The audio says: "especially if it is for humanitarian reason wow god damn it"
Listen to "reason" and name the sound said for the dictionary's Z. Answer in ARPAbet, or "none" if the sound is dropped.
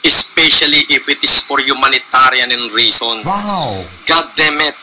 S